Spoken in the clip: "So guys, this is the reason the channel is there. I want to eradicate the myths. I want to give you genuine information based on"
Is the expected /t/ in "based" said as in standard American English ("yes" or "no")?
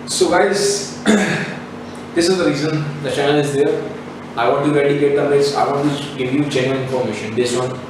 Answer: no